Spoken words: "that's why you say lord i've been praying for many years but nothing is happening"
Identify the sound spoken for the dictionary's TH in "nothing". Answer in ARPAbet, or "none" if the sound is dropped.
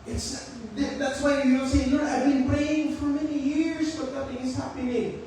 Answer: T